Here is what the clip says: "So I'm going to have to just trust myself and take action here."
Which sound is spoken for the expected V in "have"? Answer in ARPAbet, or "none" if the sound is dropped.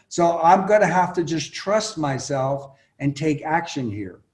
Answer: F